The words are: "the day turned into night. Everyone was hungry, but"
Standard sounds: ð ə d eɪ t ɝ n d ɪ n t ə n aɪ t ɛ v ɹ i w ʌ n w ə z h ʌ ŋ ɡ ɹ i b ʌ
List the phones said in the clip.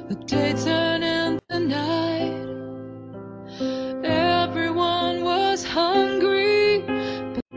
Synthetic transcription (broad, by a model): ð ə d eɪ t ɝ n ɪ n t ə n aɪ t ɛ v ɹ i w ʌ n w ə z h ʌ ŋ ɡ ɹ i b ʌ